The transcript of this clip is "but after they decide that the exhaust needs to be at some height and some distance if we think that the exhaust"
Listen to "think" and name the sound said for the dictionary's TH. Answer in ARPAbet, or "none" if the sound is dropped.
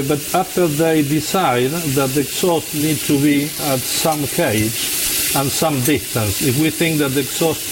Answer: TH